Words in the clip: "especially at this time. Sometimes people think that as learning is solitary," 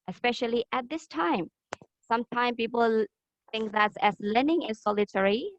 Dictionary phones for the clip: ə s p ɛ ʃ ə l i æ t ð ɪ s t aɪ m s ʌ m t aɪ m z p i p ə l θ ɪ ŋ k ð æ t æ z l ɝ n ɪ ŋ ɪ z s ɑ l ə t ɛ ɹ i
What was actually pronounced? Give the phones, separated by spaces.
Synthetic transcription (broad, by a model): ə s p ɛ ʃ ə l i æ t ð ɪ s t aɪ m s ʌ m t aɪ m p i p ə l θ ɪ ŋ k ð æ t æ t l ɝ n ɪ ŋ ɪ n s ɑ l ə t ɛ ɹ i